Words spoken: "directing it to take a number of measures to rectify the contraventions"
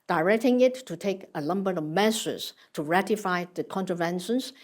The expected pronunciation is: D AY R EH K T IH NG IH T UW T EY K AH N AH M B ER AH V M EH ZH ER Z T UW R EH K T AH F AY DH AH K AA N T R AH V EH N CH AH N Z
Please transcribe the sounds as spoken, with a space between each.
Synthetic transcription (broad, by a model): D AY R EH K T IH NG IH T UW T EY K AH L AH M B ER AH V M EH S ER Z T UW R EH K T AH F AY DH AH K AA N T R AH V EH N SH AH N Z